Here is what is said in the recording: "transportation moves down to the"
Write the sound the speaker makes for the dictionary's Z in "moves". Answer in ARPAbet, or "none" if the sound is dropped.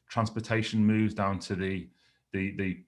Z